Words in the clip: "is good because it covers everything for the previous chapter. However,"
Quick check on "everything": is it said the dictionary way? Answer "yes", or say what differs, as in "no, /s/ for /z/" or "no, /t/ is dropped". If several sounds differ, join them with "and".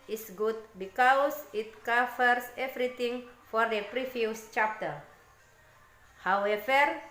no, /t/ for /θ/